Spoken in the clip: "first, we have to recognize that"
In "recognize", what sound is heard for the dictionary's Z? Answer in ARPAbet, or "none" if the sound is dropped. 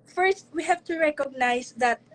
S